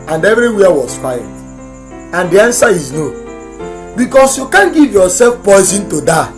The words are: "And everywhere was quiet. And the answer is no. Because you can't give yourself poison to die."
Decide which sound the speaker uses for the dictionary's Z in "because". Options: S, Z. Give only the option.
S